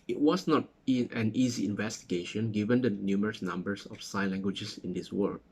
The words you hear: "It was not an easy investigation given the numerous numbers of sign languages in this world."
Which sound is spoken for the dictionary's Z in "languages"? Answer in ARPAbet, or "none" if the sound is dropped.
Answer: S